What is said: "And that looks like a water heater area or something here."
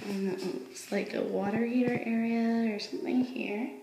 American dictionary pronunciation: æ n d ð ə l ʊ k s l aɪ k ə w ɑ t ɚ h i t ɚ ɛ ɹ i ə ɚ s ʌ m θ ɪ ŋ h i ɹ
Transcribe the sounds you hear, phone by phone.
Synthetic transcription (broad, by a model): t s l aɪ k ə w ɑ t ɚ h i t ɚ ɛ ɹ i ə ɚ s ʌ m θ ɪ ŋ h i ɹ